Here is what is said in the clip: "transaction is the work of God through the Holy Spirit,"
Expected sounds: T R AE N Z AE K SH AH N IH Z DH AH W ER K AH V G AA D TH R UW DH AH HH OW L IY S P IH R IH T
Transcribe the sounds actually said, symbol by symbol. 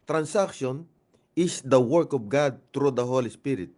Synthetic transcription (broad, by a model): T R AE N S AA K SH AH N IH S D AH W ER K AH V G AA D T R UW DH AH HH OW L IY S P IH R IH T